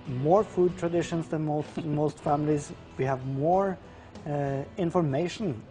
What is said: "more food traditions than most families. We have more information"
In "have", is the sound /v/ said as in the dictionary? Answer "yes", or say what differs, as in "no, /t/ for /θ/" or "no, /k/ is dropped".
yes